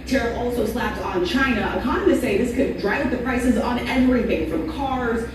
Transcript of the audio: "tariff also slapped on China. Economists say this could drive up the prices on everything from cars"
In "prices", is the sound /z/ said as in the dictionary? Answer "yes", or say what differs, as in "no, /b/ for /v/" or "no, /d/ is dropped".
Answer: yes